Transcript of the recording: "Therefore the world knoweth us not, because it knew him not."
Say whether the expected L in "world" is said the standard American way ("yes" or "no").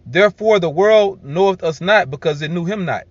yes